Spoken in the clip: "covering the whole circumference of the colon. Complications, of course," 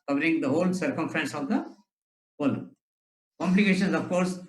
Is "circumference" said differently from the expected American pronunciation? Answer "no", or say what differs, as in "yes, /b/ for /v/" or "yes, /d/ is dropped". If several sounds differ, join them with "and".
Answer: no